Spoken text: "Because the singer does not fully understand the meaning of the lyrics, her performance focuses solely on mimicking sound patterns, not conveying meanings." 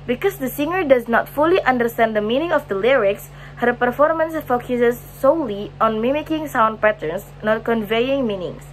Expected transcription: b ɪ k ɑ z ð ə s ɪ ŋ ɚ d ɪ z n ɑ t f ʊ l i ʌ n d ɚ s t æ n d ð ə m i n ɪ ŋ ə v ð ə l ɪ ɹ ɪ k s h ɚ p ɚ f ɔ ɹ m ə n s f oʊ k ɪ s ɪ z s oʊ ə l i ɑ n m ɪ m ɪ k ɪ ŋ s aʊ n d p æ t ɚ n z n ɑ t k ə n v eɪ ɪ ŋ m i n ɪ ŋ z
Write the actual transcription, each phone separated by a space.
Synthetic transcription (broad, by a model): b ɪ k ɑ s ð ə s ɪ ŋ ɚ d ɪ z n ɑ t f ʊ l i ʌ n d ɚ s t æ n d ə m i n ɪ ŋ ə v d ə l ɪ ɹ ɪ k s h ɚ p ɚ f ɔ ɹ m ə n s f oʊ k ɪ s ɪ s oʊ l i ɑ n m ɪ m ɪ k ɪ ŋ s aʊ n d p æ t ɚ n s n ɑ t k ə n v eɪ ɪ ŋ m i n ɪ ŋ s